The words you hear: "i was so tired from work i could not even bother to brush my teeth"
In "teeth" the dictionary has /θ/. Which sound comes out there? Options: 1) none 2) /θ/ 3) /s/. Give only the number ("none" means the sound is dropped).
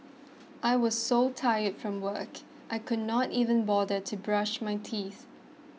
2